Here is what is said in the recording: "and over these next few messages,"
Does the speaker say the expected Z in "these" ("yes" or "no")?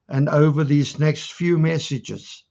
yes